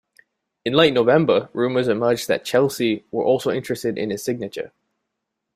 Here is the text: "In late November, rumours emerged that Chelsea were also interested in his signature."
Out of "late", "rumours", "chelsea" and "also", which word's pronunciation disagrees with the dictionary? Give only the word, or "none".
none